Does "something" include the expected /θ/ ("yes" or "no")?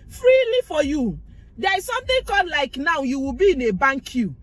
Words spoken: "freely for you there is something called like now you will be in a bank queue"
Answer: no